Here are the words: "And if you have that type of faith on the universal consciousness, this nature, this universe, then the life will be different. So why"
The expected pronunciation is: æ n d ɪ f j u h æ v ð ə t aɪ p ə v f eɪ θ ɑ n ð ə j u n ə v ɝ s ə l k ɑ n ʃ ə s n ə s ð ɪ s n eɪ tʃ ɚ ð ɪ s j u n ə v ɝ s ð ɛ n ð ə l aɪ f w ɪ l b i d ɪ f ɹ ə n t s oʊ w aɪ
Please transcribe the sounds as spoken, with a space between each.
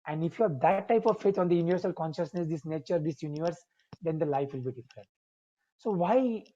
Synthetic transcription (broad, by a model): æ n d ɪ f j u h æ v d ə t aɪ p ə v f eɪ t ɑ n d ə j u n ə v ɝ s ə l k ɑ n ʃ ə s n ə s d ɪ s n eɪ tʃ ɚ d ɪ s j u n ə v ɝ s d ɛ n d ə l aɪ f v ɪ l b i d ɪ f ɹ ə n t s oʊ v aɪ